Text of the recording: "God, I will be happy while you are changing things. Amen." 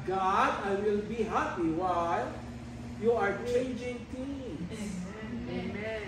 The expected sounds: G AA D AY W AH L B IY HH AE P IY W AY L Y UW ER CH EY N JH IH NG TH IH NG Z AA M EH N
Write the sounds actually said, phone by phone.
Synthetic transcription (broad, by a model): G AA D AY W AH L B IY HH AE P IY W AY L Y UW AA CH EY N JH IH NG T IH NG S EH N